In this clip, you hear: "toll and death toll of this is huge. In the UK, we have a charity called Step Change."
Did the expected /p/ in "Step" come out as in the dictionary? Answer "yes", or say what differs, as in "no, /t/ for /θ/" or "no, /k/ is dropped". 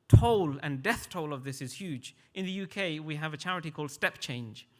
yes